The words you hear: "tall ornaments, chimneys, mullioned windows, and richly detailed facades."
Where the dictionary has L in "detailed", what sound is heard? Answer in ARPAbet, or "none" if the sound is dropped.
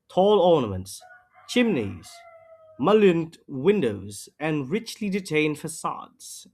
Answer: N